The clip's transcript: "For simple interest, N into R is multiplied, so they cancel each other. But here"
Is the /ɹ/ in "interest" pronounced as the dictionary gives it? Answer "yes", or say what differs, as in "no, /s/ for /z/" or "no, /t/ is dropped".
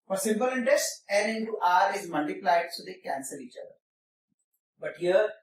yes